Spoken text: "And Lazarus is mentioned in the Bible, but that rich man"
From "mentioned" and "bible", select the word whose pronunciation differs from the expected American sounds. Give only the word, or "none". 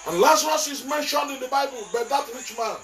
none